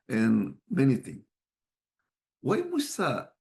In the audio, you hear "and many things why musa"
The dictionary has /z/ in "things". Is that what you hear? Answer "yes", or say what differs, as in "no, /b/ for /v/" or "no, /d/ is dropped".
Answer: no, /z/ is dropped